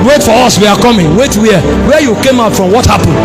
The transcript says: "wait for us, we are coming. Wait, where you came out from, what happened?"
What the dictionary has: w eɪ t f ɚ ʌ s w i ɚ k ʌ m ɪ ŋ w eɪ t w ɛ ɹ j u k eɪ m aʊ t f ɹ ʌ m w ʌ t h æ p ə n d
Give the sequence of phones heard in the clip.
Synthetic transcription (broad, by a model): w eɪ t f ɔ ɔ s w i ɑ k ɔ m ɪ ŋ w eɪ t w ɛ w j u k eɪ m aʊ t f ɹ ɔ m w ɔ t h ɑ p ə n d